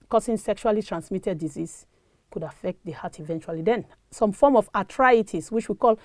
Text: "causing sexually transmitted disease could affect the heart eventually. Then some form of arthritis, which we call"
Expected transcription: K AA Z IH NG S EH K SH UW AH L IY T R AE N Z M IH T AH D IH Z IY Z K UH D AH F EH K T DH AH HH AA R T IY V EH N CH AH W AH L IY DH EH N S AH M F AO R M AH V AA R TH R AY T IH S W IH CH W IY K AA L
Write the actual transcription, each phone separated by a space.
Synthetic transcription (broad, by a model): K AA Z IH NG S EH K SH UW AH L IY T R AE N S M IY T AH D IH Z IY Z K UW D AH F EH K T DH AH HH AA T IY V EH N CH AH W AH L IY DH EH N S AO M F AO M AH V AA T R AY T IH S W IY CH W IY K AA L